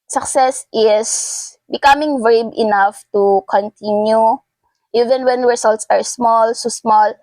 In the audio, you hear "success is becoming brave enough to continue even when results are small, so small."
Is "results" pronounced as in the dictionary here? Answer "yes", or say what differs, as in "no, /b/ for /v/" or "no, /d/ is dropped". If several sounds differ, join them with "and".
no, /s/ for /z/